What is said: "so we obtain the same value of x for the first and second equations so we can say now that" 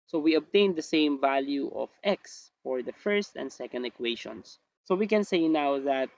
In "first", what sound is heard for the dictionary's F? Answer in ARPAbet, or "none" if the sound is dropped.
F